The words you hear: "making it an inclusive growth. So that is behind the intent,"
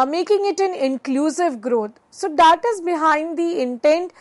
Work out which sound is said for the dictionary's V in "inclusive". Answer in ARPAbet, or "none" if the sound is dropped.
V